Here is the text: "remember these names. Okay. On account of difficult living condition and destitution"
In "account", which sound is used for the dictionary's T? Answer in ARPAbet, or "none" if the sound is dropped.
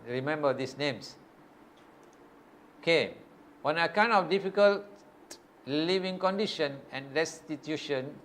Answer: none